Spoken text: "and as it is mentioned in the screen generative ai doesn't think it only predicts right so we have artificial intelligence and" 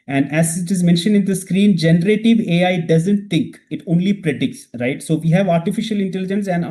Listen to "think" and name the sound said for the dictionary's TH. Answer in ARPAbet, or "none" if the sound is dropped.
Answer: T